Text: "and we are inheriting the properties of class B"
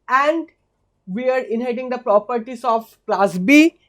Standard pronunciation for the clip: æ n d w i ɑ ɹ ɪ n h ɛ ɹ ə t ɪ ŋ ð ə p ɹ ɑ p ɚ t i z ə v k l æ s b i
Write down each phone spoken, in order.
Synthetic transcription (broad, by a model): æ n d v i ɑ ɹ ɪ n h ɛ ə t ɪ ŋ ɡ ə p ɹ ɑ p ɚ t i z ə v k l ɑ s b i